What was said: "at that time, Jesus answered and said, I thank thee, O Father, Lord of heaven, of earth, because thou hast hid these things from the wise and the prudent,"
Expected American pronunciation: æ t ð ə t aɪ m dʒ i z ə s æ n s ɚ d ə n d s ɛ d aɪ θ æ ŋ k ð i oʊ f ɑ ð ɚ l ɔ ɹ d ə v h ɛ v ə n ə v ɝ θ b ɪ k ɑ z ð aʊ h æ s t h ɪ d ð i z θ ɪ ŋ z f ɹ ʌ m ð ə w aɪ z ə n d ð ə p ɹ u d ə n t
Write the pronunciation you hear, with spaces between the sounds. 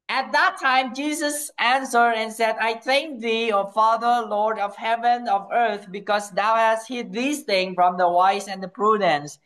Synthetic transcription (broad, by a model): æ t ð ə t aɪ m dʒ i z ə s æ n s ɚ d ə n s ɛ d aɪ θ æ ŋ k ð i oʊ f ɑ ð ɚ l ɔ ɹ d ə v h ɛ v ə n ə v ɝ θ b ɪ k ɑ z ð aʊ h æ s t h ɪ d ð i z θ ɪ ŋ f ɹ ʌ m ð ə w aɪ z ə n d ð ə p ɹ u d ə n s